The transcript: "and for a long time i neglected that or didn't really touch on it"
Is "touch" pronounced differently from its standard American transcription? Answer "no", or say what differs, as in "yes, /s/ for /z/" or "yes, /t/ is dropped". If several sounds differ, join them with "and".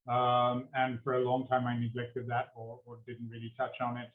no